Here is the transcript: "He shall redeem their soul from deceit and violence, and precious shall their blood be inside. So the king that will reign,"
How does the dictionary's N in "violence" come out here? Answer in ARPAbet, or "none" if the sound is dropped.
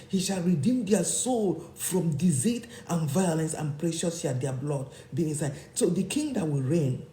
N